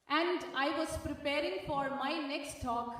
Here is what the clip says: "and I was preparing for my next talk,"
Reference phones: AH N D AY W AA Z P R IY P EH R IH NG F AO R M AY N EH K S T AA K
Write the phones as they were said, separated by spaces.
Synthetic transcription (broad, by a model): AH N D AY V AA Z P R IY P EH R IH NG F AO R M AY N EH K S T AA K